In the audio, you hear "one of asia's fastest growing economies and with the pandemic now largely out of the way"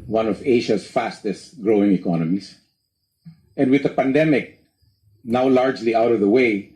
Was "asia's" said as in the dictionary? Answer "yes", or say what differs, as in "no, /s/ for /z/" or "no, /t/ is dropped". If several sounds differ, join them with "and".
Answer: no, /ʃ/ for /ʒ/